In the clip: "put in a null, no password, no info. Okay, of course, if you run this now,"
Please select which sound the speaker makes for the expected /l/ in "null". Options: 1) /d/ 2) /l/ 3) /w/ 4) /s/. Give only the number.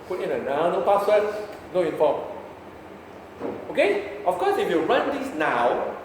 3